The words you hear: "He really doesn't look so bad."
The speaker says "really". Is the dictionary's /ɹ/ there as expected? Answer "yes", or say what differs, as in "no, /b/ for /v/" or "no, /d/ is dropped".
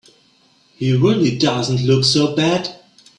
yes